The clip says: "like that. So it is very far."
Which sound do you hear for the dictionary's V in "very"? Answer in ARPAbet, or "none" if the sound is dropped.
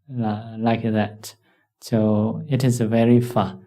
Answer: V